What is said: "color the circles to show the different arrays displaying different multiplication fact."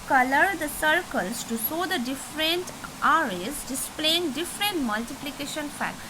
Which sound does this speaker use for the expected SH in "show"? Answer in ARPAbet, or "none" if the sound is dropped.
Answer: S